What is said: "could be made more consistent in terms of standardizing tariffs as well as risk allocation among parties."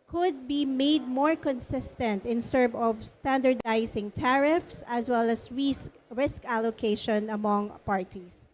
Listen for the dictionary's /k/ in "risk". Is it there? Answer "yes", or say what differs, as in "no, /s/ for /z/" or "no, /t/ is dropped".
yes